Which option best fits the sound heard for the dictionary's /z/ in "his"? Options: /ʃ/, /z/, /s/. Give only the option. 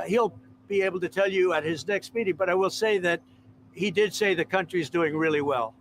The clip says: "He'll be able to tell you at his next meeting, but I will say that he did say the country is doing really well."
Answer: /z/